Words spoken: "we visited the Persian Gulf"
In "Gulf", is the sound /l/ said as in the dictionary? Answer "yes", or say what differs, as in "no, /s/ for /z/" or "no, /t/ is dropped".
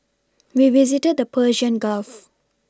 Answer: yes